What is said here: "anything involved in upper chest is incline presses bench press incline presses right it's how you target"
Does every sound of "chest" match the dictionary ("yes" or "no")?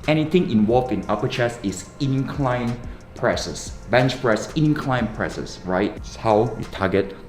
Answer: no